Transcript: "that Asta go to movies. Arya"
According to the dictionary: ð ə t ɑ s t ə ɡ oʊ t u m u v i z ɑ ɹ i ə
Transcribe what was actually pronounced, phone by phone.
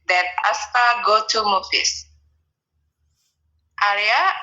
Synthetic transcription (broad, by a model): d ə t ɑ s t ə ɡ oʊ t u m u f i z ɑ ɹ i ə